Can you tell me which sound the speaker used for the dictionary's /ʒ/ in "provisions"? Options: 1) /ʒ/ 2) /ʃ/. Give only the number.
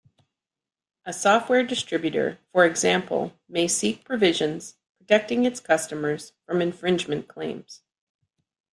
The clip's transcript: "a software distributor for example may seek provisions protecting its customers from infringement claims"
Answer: 1